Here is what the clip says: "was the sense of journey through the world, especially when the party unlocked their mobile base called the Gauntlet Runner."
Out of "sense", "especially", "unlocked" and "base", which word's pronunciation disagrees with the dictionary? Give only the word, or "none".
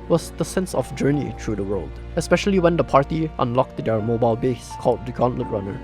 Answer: none